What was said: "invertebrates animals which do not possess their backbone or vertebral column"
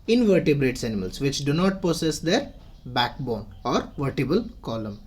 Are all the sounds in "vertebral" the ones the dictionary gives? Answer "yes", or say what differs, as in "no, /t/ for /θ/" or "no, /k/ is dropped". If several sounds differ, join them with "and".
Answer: no, /ɹ/ is dropped